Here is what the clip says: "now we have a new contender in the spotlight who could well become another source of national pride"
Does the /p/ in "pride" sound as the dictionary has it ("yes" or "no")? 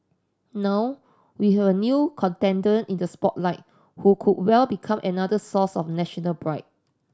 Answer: no